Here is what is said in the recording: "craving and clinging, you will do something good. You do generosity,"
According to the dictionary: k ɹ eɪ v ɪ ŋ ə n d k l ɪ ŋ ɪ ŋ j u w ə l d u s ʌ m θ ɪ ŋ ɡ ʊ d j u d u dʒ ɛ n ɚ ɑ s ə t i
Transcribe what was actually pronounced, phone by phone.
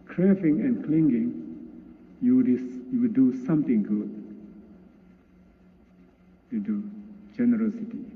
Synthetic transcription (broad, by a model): k ɹ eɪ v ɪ ŋ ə n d k l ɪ ŋ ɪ ŋ j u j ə w d u s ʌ m t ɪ ŋ ɡ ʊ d j u d u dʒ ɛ n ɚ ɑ s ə t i